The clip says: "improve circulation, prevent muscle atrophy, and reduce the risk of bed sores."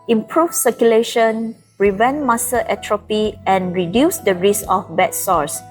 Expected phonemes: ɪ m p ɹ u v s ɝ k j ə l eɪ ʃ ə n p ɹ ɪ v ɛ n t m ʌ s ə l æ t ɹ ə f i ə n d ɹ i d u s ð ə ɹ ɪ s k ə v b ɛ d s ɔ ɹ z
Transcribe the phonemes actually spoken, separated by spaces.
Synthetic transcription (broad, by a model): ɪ m p ɹ u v s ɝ k j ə l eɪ ʃ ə n ɹ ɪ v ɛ n m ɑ s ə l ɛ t ɹ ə p i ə n ɹ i d u s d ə ɹ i s ə f b ɛ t s ɔ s